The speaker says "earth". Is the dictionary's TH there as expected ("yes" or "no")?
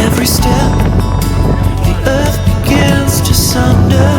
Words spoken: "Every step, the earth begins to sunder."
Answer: yes